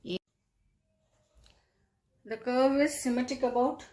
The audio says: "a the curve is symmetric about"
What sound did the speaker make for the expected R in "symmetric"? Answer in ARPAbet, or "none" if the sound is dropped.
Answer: none